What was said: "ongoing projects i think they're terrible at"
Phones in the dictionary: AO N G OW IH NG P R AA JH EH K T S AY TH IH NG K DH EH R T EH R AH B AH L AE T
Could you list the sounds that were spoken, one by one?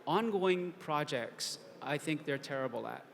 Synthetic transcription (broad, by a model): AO N G OW IH NG P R AA JH EH K T S AY TH IH NG K DH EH R T EH R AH B L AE T